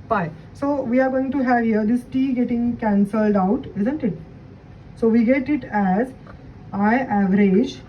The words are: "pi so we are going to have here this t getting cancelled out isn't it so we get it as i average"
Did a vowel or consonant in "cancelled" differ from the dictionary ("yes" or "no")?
no